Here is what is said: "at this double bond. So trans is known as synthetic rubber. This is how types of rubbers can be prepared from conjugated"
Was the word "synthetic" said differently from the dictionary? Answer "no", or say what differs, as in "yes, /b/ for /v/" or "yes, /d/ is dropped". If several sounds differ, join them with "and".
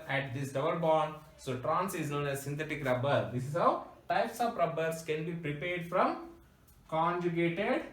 yes, /t/ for /θ/